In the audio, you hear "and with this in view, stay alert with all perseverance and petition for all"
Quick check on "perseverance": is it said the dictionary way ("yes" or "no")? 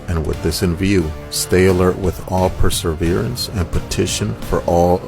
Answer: yes